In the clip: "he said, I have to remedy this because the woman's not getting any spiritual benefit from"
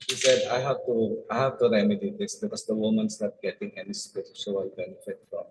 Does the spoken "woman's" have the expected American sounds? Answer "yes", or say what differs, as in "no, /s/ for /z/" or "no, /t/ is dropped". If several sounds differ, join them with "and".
no, /s/ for /z/